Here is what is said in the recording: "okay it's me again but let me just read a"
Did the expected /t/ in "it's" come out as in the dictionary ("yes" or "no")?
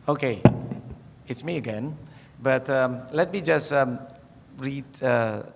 yes